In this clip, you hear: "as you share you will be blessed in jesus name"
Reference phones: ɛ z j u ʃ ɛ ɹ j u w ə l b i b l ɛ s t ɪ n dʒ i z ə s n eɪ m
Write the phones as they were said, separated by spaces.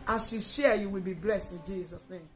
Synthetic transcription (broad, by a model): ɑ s j u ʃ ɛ j u w ə l b i b l ɛ s t ɪ n dʒ i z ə s n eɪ m